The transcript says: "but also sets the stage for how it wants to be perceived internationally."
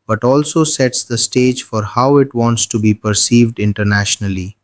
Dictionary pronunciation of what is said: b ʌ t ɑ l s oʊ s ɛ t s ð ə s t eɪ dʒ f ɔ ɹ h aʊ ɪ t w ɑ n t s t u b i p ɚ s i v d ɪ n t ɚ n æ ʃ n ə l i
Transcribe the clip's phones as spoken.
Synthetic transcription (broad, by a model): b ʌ t ɑ l s oʊ s ɛ t s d ə s t eɪ dʒ f ɔ ɹ h aʊ ɪ t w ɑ n t s t u b i p ɚ s i v d ɪ n t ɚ n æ ʃ n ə l i